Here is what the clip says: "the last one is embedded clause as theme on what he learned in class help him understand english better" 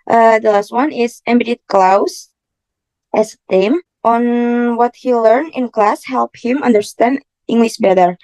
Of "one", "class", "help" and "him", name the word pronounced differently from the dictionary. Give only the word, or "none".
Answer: none